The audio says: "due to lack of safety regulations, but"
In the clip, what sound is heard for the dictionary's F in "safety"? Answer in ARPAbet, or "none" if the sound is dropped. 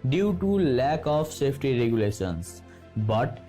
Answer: P